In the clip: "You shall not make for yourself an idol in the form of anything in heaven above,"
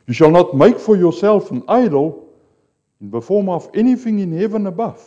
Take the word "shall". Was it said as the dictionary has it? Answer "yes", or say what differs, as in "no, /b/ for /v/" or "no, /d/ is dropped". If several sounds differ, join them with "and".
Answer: yes